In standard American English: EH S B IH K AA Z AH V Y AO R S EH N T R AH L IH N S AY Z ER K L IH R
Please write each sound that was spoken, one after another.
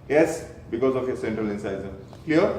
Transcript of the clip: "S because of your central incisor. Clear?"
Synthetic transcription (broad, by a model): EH S B IH K AA Z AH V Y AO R S EH N T R AH L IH N S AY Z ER K L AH R